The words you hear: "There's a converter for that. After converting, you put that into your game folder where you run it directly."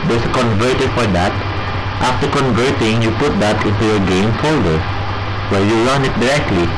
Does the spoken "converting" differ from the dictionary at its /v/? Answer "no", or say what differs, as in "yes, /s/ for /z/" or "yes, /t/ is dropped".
no